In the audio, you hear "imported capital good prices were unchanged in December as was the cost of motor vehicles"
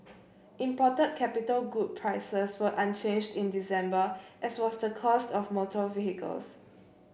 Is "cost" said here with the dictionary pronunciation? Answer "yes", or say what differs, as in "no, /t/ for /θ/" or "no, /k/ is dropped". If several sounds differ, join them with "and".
yes